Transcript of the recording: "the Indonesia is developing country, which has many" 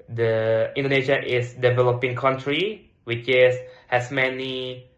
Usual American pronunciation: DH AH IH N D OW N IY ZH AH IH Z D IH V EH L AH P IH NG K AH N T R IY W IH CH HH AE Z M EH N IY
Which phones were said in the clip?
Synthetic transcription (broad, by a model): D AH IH N D OW N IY SH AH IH S D IH V EH L AH P IH NG K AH N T R IY W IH S HH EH S M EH N IY